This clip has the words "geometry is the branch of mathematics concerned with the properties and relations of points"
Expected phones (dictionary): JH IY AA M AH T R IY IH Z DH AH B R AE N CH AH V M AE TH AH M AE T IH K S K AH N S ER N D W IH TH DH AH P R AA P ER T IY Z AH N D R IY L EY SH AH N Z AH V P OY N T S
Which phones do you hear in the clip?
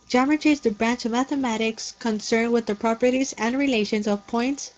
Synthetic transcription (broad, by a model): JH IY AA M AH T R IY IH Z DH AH B R AE N CH AH V M AE TH AH M AE T IH K S K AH N S ER N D W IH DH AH P R AA P ER T IY Z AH N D R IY L EY SH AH N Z AH V P OY N T S